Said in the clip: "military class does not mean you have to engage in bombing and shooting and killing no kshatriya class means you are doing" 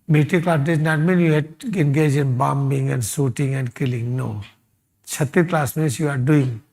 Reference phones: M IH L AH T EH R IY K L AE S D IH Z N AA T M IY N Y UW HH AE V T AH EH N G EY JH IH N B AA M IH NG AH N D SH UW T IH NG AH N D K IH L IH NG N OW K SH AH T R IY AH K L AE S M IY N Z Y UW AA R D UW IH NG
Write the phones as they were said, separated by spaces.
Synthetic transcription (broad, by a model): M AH T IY K L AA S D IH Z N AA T M IY N Y UW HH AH EH N G EY JH IH N B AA M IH NG AH N D S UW T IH NG AH N D K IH L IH NG N OW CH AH T IY K L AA S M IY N S Y UW AA R D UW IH NG